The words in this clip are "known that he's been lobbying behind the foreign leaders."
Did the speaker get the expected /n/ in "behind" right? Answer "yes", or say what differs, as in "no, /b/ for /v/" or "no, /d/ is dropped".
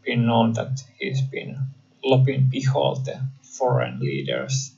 no, /l/ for /n/